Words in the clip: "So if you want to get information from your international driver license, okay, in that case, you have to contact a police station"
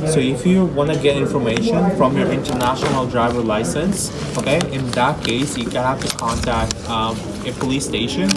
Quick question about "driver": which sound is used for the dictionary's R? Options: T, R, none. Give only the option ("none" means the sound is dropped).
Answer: R